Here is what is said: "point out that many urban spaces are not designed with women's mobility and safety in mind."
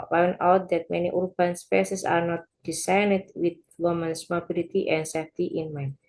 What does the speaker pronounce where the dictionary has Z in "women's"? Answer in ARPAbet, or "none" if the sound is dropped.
S